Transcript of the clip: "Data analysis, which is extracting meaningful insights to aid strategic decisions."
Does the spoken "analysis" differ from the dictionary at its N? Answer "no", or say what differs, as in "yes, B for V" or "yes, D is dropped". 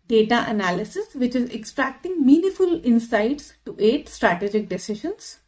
no